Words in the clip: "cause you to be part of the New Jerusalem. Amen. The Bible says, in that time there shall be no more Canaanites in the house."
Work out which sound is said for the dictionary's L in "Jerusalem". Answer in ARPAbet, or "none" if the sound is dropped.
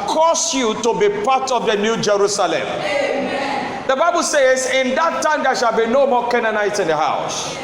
none